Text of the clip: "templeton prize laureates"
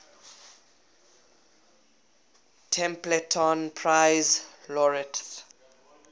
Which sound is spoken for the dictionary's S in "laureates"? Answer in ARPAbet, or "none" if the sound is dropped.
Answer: none